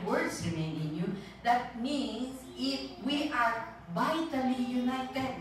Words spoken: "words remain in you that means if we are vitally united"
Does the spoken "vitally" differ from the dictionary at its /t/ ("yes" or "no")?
no